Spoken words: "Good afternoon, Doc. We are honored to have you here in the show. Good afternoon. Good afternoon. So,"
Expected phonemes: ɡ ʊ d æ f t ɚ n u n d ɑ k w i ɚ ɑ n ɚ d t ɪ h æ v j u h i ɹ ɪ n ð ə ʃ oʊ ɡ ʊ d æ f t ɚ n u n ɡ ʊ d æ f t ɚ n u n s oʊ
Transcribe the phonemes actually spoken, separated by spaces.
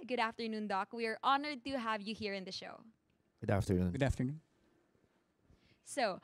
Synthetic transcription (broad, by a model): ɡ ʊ d æ f t ɚ n u n d ɑ k w i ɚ ɑ n ɚ d t ɪ h æ v j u h i ɹ ɪ n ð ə ʃ oʊ ɡ ʊ d æ f t ɚ n u n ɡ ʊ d æ f t ɚ n u n s oʊ